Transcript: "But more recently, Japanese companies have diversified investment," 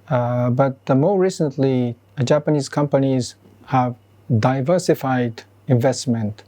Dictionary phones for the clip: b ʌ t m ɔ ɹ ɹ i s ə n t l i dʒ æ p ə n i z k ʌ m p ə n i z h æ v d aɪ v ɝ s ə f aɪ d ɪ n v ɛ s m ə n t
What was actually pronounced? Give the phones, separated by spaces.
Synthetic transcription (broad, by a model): b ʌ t m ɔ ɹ ɹ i s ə n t l i dʒ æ p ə n i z k ʌ m p ə n i z h æ v d aɪ v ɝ s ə f aɪ d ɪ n v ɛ s m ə n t